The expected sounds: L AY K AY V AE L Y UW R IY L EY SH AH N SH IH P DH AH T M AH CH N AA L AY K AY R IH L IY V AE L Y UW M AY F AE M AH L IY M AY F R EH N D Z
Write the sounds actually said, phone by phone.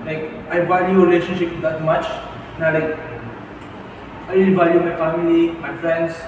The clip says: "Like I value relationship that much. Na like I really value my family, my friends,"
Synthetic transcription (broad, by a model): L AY K AY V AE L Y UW R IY L EY SH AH N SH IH P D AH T M AH CH N AA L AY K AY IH IY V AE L Y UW M AY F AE M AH L IY M AY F R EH N D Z